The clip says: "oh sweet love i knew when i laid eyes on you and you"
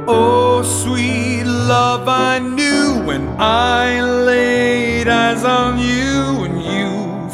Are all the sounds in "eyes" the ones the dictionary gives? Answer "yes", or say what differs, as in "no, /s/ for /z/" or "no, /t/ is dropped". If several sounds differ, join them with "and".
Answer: yes